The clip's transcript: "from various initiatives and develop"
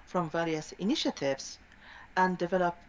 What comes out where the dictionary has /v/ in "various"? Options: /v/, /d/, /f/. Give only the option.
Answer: /v/